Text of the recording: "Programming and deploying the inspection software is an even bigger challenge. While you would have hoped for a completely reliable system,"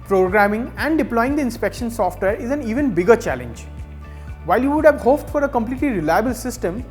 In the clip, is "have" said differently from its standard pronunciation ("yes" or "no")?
no